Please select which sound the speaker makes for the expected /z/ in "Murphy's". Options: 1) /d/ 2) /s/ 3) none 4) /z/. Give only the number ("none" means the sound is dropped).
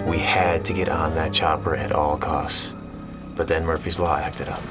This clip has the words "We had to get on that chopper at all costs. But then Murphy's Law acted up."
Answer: 4